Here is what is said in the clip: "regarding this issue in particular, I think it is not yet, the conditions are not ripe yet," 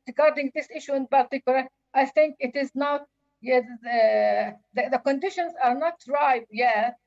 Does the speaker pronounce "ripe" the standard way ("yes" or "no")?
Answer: no